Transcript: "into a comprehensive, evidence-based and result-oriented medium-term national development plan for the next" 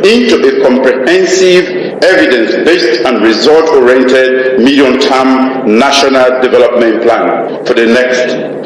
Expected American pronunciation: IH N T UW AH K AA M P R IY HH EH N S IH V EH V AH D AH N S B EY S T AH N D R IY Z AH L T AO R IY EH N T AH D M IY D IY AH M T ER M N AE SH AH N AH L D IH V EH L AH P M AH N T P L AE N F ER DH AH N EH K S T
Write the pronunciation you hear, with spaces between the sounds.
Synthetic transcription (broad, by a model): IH N T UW AH K AA M P R IY HH EH N S IH V EH V AH D AH N S B EY S T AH N R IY Z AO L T AO R IY EH N T AH D M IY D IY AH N T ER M N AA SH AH N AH L D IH V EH L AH P M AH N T P L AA N F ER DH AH N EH K S T